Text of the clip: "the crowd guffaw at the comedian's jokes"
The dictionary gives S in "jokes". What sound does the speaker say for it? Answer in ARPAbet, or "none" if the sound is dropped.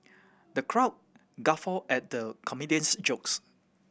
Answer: S